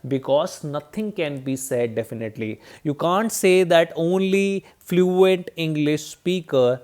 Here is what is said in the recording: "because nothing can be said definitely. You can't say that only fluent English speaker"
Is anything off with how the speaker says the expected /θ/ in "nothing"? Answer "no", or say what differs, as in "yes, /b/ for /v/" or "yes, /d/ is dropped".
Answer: yes, /t/ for /θ/